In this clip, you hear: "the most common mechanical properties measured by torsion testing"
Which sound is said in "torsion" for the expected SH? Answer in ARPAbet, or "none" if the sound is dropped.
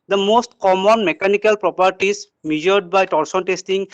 S